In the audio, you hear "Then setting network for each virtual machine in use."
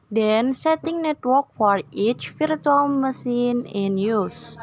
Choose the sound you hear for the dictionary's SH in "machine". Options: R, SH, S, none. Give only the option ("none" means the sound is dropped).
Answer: S